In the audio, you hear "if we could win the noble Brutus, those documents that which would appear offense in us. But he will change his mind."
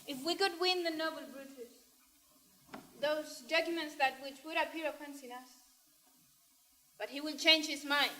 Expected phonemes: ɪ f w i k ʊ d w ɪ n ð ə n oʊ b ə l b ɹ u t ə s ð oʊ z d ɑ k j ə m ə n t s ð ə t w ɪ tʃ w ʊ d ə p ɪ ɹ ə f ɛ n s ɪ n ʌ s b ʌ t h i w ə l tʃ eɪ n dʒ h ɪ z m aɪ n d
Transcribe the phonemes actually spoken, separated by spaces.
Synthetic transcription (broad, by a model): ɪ f w i k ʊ d w ɪ n ð ə n oʊ b ə l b ɹ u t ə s ð oʊ z d ɑ k j ə m ə n t s ð ə t w ɪ tʃ w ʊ d ə p ɪ ɹ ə p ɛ n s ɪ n ʌ s b ʌ t h i w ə n tʃ eɪ n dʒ h ɪ z m aɪ n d